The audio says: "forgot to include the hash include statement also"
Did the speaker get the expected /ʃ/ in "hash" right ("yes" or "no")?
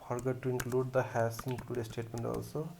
no